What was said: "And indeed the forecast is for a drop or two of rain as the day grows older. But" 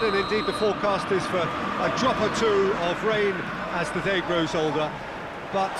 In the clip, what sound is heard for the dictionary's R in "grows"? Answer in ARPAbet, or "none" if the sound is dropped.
R